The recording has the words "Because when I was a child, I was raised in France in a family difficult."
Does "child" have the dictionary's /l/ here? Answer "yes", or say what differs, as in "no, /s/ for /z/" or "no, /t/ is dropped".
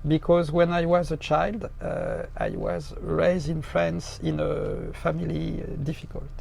yes